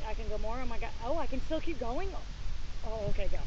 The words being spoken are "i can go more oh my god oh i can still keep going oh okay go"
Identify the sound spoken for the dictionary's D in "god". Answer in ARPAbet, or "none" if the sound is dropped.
none